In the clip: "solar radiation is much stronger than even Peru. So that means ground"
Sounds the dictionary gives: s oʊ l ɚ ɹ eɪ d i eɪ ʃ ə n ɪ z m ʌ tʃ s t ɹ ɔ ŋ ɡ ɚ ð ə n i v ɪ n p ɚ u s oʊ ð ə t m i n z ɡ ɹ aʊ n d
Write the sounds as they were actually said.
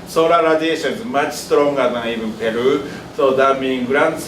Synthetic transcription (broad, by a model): s oʊ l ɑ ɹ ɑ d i eɪ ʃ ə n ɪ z m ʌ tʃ s t ɹ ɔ ŋ ɡ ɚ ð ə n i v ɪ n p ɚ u s oʊ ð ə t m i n ɡ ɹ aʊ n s